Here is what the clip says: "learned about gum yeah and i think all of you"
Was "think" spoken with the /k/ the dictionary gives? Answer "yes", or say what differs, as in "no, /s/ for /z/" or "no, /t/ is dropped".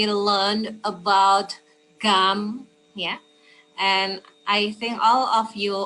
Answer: yes